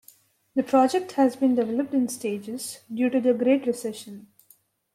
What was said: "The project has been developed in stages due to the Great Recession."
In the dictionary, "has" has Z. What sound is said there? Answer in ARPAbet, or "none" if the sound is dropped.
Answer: Z